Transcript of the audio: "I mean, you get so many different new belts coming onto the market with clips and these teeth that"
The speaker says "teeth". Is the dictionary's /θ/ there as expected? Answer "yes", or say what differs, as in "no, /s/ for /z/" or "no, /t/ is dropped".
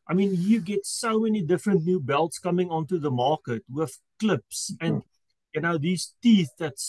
yes